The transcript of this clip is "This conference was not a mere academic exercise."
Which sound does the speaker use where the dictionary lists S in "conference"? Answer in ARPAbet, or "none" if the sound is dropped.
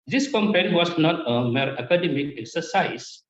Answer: none